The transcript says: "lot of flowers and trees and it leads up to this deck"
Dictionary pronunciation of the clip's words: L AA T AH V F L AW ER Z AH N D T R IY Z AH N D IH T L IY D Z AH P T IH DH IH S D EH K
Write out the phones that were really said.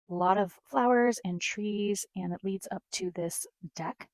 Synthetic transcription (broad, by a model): L AA T AH V F L AW ER Z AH N T R IY Z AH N IH T L IY D Z AH P T IH DH IH S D EH K